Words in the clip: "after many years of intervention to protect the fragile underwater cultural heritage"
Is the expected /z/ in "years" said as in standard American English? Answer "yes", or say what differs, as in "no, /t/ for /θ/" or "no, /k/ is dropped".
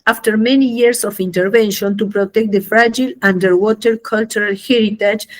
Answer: no, /s/ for /z/